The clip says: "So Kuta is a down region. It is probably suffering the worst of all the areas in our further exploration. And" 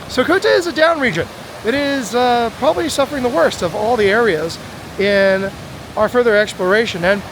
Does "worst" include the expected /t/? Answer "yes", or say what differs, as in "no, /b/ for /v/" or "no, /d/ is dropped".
yes